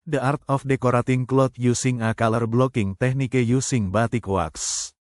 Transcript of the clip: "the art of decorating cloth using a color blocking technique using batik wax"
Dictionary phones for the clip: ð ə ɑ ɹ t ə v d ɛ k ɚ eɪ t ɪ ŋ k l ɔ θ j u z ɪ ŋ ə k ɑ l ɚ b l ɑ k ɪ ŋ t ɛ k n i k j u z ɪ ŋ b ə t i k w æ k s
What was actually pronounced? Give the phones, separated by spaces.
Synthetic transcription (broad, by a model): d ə ɑ ɹ t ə f d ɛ k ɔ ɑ t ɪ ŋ k l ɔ t j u s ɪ ŋ ə k ɑ l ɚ b l ɑ k ɪ ŋ t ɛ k n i k j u s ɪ ŋ b ə t i k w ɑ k s